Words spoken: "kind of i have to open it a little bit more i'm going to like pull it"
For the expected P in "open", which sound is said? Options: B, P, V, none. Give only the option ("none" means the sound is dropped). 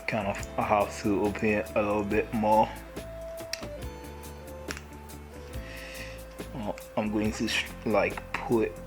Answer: none